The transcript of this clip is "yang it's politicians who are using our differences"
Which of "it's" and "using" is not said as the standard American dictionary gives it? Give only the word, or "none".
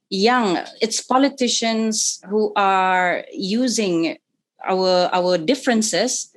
none